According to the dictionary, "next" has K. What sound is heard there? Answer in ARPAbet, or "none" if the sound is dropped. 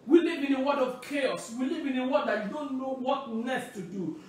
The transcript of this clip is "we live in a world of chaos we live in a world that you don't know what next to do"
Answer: none